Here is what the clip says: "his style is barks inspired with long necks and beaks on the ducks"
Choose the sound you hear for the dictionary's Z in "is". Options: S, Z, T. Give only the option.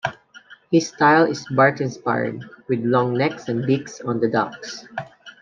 S